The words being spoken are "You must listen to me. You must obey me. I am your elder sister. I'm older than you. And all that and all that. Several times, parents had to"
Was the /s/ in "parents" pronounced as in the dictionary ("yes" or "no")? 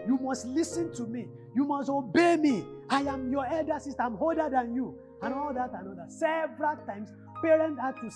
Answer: no